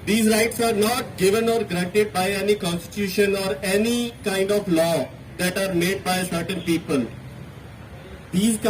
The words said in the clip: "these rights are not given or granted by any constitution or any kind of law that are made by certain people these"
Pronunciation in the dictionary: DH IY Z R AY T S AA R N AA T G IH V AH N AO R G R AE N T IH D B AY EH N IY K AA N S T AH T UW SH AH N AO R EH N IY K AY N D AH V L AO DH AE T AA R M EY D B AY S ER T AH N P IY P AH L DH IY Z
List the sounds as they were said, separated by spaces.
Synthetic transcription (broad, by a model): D IY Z R AY T S AA R N AA T G IH V AH N AO R G R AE N T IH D B AY EH N IY K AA N S T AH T UW SH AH N AO R EH N IY K AY N D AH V L AO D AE T AA R M EY D B AY S ER T AH N P IY P AH L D IY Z